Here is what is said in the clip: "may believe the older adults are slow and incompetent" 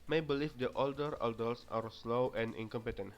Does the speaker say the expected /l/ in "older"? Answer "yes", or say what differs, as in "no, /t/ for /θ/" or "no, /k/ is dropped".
yes